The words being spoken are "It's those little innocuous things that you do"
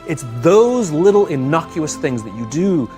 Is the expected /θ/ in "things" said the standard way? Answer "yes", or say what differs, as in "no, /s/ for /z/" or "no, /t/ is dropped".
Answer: yes